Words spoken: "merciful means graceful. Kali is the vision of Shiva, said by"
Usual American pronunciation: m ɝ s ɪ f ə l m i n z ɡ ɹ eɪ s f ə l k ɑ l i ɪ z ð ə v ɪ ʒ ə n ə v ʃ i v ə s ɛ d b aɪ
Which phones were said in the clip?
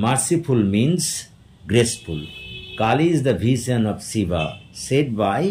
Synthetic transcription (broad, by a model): m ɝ s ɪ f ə l m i n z ɡ ɹ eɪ s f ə l k ɑ l i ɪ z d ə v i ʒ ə n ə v s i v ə s ɛ d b aɪ